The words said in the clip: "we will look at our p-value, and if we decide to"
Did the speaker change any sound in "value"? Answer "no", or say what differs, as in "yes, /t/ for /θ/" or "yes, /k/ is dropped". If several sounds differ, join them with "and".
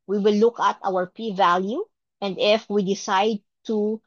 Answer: no